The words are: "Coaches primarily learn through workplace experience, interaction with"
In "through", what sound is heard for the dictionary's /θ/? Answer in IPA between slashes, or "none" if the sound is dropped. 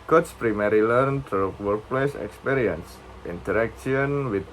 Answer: /t/